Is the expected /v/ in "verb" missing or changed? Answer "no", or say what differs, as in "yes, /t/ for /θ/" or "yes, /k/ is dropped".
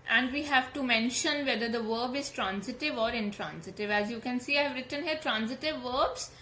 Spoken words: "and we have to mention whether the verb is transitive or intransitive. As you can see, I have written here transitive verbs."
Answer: no